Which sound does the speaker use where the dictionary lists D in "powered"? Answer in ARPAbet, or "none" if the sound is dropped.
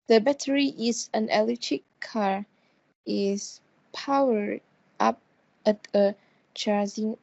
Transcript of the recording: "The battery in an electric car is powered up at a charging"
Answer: none